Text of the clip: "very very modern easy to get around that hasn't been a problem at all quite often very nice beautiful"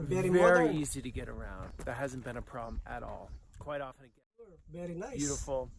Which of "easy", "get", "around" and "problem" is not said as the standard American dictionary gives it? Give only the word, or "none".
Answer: none